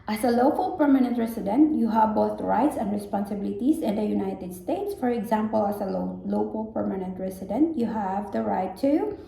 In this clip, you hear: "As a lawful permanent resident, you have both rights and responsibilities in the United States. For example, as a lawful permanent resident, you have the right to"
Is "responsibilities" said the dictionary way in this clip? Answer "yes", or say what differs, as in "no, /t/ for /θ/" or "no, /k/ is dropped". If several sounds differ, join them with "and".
no, /s/ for /z/